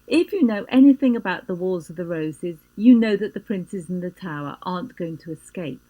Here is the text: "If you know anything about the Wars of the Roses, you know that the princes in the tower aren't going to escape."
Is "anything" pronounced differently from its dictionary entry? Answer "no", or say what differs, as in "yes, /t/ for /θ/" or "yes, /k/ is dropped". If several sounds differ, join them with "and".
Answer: no